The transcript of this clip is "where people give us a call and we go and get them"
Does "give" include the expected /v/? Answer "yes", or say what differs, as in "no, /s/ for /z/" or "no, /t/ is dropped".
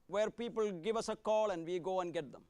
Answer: yes